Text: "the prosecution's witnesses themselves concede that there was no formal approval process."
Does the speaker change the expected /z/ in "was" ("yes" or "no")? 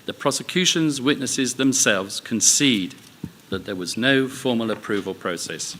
no